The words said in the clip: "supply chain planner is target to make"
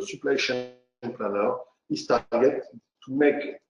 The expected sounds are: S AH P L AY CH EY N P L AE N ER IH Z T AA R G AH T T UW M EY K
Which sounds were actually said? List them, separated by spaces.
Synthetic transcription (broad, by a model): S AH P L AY SH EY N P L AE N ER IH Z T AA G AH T T UW M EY K